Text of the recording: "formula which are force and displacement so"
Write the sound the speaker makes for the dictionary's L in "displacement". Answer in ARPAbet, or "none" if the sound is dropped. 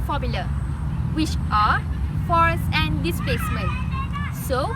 none